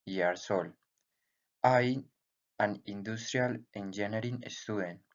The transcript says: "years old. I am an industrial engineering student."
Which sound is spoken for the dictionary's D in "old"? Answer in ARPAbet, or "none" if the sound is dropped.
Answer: none